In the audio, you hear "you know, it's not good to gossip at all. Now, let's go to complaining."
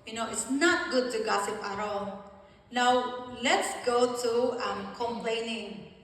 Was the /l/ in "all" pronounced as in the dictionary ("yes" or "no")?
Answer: no